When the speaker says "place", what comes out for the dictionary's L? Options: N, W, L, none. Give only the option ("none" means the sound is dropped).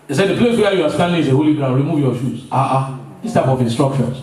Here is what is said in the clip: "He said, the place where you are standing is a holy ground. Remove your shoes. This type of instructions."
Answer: L